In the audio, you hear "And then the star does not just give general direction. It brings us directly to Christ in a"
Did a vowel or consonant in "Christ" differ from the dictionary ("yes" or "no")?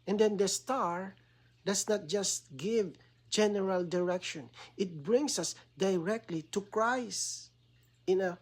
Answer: yes